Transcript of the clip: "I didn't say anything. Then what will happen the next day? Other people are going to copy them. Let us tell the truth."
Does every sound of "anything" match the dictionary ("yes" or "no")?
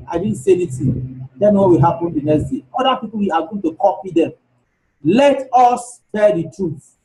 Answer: no